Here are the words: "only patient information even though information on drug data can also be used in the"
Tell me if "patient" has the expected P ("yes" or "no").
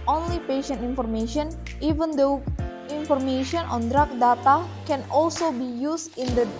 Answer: yes